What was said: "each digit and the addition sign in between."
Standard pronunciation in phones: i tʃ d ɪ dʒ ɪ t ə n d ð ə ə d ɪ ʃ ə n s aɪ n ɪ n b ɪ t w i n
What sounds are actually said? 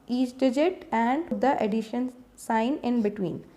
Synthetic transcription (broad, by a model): i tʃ d ɪ dʒ ɪ t ə n d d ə ə d ɪ ʃ ə n s aɪ n ɪ n b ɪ t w i n